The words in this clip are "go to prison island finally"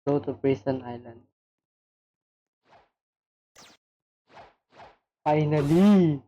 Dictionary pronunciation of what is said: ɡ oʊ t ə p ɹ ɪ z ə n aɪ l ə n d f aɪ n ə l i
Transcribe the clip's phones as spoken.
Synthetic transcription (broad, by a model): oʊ t ə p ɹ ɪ s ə n aɪ l ə n d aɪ n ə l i